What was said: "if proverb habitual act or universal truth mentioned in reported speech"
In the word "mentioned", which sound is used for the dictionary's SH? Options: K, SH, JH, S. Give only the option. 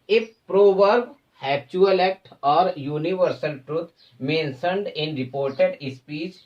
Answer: S